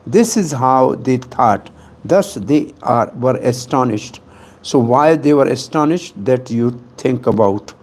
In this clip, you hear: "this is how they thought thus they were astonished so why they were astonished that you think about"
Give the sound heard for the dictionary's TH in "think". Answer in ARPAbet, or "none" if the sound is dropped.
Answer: T